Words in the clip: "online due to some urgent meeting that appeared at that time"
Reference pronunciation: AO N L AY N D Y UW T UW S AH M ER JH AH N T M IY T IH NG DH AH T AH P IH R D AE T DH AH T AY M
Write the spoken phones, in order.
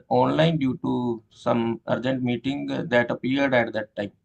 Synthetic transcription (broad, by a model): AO N L AY N D Y UW T UW S AH M ER JH AH N T M IY T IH NG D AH T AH P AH R D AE T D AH T AY M